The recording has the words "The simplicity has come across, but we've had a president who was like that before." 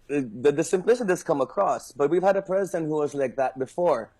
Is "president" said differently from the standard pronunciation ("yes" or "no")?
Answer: no